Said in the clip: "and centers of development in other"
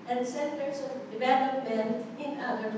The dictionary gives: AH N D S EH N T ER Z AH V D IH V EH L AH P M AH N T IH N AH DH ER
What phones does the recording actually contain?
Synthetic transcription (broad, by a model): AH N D S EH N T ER S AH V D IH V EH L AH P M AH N IH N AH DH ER